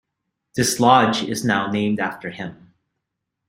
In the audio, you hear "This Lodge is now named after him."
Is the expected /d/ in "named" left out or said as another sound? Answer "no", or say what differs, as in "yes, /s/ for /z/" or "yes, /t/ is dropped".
no